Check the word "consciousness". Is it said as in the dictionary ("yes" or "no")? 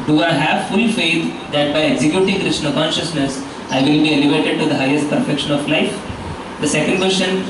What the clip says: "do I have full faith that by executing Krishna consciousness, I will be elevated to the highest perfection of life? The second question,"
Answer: yes